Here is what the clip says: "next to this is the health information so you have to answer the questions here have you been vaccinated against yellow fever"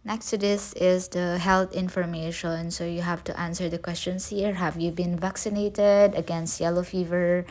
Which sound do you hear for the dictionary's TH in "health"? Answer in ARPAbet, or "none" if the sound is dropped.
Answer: T